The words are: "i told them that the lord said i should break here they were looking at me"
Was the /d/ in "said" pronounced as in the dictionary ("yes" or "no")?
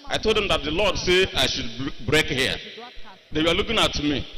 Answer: no